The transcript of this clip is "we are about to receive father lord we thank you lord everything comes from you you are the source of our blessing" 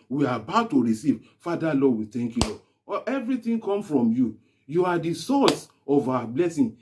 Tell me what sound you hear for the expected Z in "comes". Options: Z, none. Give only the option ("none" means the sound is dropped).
none